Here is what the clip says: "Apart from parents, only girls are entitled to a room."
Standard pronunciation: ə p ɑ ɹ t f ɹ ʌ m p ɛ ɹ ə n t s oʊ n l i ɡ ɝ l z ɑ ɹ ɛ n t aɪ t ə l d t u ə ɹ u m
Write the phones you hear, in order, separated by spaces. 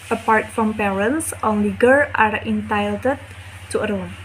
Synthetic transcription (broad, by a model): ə p ɑ ɹ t f ɹ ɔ m p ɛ ɹ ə n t s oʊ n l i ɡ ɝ ɑ ɹ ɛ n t aɪ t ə d t u ə ɹ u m